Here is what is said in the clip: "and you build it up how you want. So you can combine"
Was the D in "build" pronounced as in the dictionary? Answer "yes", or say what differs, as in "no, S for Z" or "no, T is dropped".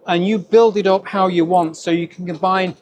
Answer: yes